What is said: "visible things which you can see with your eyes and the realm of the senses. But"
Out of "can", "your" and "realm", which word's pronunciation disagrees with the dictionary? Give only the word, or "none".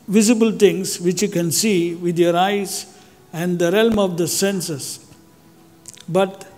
none